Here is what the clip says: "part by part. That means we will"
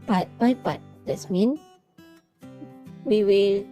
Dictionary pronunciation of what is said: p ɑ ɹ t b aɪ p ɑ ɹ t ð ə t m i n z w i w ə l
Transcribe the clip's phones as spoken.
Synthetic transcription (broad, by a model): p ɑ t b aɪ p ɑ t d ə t m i n w i w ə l